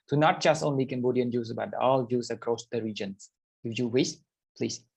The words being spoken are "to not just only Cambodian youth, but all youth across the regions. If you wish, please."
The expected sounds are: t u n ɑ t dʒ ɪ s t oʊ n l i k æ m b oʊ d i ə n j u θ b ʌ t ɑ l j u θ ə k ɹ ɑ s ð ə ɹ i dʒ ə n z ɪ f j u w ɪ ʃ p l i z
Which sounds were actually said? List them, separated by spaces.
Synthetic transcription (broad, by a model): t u n ɑ t dʒ ɪ s t oʊ n l i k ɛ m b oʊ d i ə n j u s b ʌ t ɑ l j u s ə k ɹ ɑ s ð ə ɹ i dʒ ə n s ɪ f j u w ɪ s p l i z